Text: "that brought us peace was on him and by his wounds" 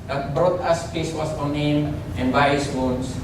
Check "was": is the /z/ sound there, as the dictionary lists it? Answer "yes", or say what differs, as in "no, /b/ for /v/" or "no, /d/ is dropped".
no, /s/ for /z/